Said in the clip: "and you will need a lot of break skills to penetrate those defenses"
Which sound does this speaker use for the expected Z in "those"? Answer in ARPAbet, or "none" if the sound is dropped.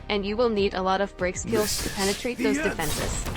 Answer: Z